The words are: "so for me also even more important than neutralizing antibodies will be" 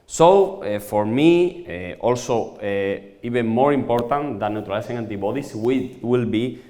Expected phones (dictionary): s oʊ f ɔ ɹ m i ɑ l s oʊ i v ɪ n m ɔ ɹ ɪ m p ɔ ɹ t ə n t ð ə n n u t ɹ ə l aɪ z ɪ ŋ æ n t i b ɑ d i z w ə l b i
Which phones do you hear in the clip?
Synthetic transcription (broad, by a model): s oʊ f ɔ ɹ m i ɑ l s oʊ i b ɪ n m ɔ ɹ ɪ m p ɔ ɹ t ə n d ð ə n n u t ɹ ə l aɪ s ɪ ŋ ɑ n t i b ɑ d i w w ə l b i